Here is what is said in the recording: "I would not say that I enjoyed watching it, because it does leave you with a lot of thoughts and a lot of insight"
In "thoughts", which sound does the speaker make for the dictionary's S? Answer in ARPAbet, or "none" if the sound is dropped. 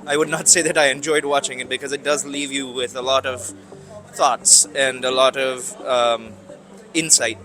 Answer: S